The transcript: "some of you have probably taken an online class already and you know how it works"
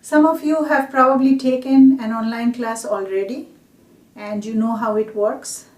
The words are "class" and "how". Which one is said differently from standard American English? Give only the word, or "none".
none